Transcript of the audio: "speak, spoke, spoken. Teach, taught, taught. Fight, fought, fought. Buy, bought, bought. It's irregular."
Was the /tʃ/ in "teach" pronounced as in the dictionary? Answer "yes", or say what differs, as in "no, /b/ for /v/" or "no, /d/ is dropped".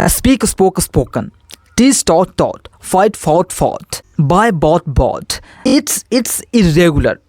no, /s/ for /tʃ/